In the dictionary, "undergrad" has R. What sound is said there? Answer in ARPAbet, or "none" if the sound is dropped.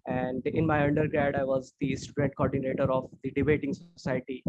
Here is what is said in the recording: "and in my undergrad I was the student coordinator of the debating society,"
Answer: R